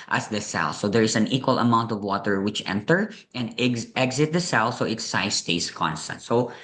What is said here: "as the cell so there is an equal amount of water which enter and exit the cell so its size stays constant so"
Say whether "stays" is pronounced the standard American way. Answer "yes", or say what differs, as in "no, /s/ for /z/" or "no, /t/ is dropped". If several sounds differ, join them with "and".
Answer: no, /s/ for /z/